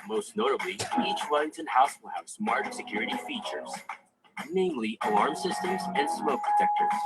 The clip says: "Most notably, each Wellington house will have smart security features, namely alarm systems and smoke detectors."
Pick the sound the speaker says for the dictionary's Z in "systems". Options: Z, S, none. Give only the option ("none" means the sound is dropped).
Z